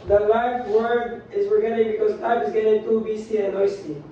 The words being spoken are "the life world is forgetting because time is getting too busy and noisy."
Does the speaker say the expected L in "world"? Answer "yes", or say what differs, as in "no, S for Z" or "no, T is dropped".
no, L is dropped